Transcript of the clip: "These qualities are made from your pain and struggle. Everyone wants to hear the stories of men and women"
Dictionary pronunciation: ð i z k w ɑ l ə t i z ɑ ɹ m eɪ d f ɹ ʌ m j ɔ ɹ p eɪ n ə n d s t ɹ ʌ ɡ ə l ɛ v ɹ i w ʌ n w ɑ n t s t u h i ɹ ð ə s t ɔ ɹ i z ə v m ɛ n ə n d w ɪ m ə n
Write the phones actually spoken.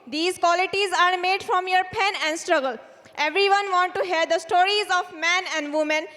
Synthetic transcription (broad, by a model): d i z k w ɑ l ə t i z ɑ ɹ m eɪ d f ɹ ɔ m j ɔ ɹ p eɪ n ə n d s t ɹ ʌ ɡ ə l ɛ v ɹ i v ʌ n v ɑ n t t u h i ɹ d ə s t ɔ ɹ i z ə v m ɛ n ə n d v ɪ m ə n